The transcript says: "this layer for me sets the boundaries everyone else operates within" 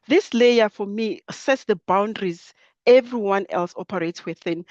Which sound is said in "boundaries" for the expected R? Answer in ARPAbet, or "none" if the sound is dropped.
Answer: R